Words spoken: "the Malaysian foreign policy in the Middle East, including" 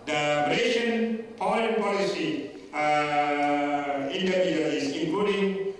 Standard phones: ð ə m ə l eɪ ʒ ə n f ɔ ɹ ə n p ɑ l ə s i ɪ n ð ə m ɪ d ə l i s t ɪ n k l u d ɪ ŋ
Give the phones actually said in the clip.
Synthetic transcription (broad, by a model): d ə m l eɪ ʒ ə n p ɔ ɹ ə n p ɑ l ə s i ɪ n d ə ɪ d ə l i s ɪ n k l u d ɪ ŋ